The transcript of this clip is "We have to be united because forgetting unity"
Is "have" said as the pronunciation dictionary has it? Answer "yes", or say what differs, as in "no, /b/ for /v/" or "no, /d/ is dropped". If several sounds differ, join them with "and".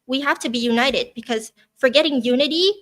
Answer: no, /f/ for /v/